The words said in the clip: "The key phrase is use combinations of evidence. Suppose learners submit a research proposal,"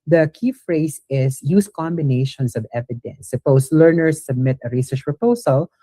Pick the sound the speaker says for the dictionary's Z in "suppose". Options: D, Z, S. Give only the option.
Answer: S